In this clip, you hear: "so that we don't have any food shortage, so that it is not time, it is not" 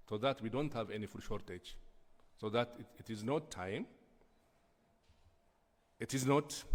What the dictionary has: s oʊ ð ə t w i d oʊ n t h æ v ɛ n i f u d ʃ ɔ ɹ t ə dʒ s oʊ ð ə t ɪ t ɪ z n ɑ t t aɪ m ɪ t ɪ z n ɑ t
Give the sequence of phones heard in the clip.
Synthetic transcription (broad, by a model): s oʊ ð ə t w i d oʊ n t h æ v ɛ n i f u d ʃ ɔ ɹ t ə dʒ s oʊ ð ə t ɪ t ɪ z n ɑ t t aɪ m ɪ t ɪ z n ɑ t